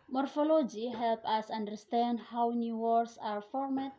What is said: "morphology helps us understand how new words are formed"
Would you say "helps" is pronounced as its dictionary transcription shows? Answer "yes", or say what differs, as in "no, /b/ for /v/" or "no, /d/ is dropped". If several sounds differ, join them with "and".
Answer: no, /s/ is dropped